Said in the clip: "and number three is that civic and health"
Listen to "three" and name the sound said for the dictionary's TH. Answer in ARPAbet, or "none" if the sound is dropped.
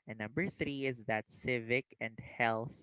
TH